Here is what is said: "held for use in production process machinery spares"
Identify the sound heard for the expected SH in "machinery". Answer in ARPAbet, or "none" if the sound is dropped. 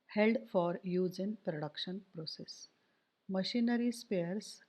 SH